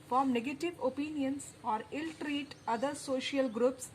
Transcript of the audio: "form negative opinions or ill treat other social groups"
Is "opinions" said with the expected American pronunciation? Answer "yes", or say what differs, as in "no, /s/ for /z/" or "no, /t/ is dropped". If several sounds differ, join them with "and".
no, /s/ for /z/